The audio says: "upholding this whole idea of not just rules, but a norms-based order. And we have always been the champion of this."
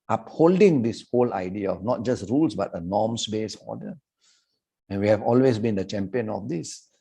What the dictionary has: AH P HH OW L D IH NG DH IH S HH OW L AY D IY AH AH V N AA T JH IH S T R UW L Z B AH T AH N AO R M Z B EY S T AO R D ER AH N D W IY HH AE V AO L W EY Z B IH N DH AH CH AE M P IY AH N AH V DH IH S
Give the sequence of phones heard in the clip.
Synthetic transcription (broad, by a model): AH P HH OW L D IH NG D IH S HH OW L AY D IY AH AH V N AA T JH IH S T R UW L S B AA T AH N AO M S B EY S AO D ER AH N W IY HH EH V AO L W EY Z B IH N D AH CH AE M P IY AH N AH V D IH S